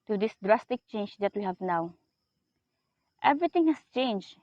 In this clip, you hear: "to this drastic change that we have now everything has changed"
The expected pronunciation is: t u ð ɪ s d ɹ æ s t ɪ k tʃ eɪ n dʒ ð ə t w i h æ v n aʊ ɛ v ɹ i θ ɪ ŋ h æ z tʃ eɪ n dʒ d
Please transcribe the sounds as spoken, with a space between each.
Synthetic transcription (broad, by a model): t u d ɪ s d ɹ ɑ s t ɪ k tʃ eɪ n dʒ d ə t w i h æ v n aʊ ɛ v ɹ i t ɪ ŋ h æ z tʃ eɪ n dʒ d